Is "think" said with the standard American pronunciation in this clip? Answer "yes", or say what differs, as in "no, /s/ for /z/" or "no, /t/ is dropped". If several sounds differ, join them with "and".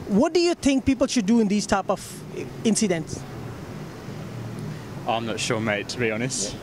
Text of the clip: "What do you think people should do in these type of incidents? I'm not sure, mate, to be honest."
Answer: no, /t/ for /θ/